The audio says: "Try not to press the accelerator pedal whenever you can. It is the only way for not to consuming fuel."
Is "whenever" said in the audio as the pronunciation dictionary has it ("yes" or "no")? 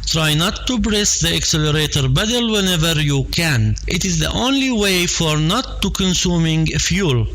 yes